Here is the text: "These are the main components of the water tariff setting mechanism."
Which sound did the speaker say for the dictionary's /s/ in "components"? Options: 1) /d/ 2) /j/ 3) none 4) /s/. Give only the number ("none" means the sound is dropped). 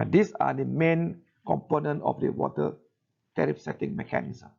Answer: 3